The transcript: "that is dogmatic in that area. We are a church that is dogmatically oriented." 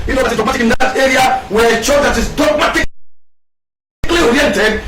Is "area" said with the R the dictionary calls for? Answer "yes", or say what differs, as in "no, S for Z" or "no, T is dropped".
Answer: yes